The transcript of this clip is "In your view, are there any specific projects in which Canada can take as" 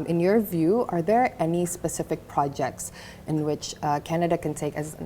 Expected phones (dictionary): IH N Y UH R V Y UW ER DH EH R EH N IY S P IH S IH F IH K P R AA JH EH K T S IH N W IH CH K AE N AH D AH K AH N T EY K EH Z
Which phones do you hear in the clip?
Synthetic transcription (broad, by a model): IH N Y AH R V Y UW ER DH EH R EH N IY S P IH S IH F IH K P R AA JH EH K T S IH N W IH CH K AE N AH D AH K AH N T EY K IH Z